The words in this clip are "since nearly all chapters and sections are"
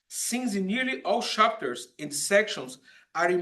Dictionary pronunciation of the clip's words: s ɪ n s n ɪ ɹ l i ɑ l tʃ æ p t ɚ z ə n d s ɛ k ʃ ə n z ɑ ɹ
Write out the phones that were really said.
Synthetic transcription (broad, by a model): s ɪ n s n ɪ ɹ l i ɑ l ʃ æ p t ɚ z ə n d s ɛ k ʃ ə n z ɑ ɹ